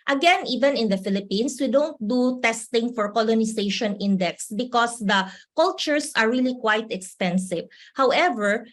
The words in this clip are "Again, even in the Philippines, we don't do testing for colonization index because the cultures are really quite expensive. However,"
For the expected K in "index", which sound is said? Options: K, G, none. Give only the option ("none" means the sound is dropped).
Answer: K